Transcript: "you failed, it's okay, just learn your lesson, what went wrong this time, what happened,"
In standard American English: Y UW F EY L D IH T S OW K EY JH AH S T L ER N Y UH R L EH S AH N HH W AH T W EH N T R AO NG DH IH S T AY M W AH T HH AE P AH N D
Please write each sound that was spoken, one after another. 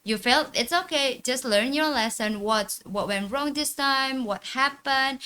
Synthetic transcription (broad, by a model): Y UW F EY L IH T S OW K EY JH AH S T L ER N Y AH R L EH S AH N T W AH T W EH N T R AO NG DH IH S T AY M W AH T HH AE P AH N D